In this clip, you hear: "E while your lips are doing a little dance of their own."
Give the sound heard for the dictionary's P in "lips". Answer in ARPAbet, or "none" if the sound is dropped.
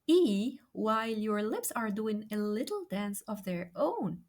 P